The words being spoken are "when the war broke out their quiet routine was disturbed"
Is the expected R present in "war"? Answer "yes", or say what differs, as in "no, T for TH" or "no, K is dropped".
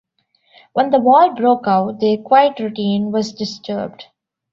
no, L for R